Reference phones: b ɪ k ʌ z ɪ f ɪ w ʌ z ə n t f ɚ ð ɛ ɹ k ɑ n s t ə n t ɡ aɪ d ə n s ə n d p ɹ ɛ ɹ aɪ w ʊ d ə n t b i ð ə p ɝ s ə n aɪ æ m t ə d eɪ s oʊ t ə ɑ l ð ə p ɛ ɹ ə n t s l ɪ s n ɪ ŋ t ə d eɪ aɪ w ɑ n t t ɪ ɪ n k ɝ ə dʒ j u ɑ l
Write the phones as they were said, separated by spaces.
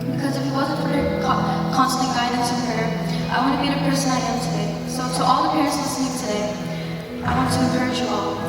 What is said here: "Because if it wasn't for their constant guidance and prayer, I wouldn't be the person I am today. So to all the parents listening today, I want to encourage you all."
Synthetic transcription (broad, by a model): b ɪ k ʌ z ɪ f ɪ w ʌ z ə n t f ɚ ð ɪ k k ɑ n s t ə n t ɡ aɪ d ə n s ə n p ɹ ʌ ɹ aɪ w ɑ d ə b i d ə p ɝ s ə n aɪ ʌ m t ə d eɪ s oʊ t ɑ l ð ə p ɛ ɹ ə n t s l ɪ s ɪ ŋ t ə d eɪ aɪ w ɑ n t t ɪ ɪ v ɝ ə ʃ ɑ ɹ